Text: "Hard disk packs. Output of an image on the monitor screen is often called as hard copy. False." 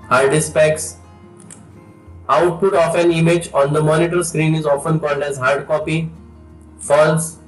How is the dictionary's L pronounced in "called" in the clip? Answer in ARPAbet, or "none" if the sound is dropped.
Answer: L